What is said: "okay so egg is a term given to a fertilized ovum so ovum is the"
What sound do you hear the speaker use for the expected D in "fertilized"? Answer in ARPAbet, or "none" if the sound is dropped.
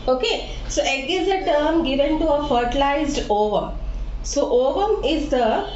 D